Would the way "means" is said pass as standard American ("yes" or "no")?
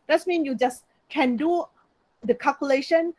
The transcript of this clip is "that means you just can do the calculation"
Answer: no